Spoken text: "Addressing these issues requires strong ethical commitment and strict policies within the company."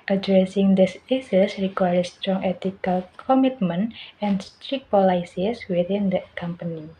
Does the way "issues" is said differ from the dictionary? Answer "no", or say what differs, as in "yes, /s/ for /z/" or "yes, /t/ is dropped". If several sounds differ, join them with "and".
yes, /s/ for /ʃ/ and /s/ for /z/